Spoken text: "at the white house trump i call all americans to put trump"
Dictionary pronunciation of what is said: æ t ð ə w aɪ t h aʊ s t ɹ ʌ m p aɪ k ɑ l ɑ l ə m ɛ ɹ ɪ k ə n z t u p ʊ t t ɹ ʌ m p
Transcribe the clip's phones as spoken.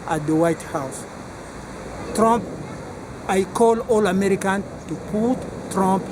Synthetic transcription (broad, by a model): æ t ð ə w aɪ t h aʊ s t ɹ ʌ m p aɪ k ɑ l ɑ l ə m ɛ ɹ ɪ k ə n t u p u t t ɹ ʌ m p